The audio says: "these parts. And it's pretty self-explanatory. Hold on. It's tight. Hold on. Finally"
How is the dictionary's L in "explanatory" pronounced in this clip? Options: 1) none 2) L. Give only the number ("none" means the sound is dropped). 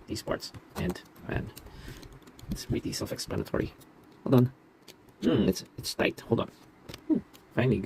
2